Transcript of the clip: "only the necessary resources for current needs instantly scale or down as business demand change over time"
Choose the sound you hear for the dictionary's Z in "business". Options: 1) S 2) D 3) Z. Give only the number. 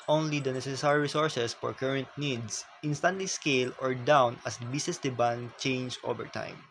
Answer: 1